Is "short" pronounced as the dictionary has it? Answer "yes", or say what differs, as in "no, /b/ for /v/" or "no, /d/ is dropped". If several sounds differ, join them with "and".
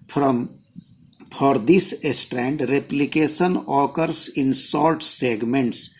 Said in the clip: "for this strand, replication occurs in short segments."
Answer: no, /s/ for /ʃ/ and /l/ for /ɹ/